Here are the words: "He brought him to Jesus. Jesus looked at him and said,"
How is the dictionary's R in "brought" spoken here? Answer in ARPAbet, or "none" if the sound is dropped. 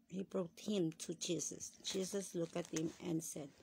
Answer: R